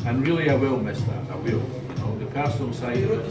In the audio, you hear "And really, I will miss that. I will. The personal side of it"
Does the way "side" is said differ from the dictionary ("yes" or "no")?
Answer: yes